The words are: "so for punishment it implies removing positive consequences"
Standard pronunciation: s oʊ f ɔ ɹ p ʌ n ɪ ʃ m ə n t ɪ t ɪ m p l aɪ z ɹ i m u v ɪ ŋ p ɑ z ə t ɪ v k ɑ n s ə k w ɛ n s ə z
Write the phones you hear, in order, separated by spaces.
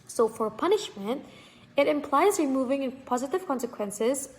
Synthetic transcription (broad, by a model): s oʊ f ɔ ɹ p ʌ n ɪ ʃ m ə n t ɪ t ɪ m p l aɪ z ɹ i m u v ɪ ŋ p ɑ z ə t ɪ v k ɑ n s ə k w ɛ n s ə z